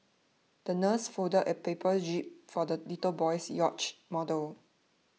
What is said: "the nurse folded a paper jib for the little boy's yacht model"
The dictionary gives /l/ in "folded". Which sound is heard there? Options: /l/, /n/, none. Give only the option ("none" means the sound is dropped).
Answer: none